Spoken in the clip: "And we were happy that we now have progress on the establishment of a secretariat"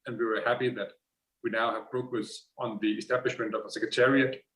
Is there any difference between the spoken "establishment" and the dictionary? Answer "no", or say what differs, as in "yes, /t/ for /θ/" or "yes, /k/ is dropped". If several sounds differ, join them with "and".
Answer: no